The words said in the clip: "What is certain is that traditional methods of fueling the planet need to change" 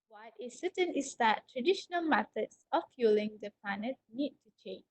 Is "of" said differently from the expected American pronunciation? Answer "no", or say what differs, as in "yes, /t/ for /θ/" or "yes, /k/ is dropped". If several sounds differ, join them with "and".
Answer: yes, /f/ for /v/